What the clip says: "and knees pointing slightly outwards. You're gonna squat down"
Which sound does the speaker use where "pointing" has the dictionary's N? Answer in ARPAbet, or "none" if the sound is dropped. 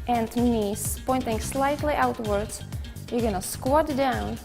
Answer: N